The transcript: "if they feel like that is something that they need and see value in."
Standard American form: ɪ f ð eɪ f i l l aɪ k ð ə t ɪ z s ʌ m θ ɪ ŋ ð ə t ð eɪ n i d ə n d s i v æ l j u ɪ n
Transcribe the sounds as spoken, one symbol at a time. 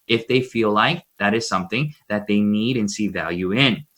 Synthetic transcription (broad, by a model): ɪ f ð eɪ f i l l aɪ k ð ə t ɪ z s ʌ m θ ɪ ŋ ð ə t ð eɪ n i d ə n s i v æ l j u ɪ n